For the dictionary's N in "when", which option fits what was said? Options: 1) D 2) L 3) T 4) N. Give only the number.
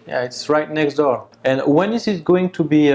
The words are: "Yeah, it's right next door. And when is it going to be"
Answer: 4